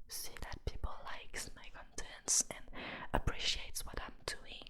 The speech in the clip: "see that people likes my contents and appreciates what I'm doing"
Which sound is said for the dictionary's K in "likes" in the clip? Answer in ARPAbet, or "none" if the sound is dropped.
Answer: K